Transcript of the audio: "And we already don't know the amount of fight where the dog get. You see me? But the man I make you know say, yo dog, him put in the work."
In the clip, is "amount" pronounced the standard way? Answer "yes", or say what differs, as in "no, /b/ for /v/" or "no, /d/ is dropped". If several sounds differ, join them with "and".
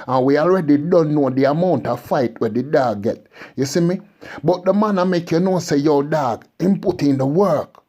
yes